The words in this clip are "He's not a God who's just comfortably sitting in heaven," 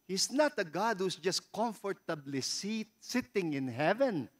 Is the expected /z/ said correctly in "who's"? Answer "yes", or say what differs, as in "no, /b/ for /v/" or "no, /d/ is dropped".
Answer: no, /s/ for /z/